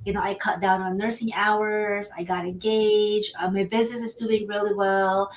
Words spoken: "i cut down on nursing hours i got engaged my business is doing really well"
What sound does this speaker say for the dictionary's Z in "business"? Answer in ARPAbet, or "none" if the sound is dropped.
Z